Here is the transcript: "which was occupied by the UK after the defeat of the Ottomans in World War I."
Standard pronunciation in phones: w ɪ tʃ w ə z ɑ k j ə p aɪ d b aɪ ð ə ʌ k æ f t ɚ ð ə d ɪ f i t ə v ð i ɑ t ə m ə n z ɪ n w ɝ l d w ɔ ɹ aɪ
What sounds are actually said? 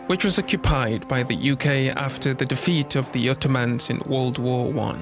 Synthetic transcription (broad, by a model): w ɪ tʃ w ə z ɑ k j ə p aɪ d b aɪ ð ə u k æ f t ɚ ð ə d ɪ f i t ə v ð i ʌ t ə m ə n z ɪ n w ɝ l d w ɔ w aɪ